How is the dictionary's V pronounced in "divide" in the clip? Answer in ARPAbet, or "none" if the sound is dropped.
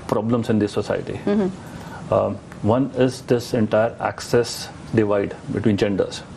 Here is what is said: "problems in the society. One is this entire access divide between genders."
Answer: V